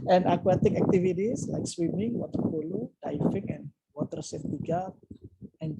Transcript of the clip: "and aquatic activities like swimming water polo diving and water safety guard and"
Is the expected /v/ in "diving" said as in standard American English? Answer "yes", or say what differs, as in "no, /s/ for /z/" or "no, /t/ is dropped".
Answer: no, /f/ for /v/